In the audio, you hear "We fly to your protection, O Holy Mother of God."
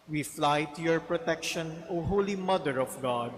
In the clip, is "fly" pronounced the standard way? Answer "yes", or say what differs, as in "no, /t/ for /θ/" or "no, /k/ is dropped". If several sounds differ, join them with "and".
yes